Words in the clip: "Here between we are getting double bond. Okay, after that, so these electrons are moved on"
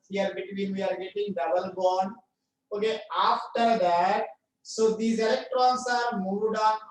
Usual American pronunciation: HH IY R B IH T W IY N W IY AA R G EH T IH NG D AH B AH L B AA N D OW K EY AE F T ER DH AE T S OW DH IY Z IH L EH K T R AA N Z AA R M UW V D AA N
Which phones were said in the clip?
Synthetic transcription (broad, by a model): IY R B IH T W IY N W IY AA R G EH T IH NG D AH B AH L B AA N OW K EY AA F T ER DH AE T S OW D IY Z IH L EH K T R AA N S AA R M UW D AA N